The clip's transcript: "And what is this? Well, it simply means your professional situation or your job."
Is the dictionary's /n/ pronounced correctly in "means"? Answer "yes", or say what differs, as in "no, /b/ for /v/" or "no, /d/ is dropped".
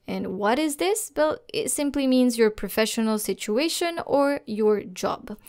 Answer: yes